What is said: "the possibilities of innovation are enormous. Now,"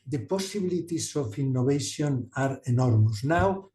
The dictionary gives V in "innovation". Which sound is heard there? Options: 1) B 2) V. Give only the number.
1